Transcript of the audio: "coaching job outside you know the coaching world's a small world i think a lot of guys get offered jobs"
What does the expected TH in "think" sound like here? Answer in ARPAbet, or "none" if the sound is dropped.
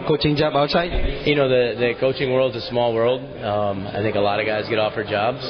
TH